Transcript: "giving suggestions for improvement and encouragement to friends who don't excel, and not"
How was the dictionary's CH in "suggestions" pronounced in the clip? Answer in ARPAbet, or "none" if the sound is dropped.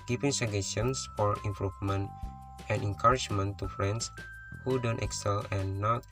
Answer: none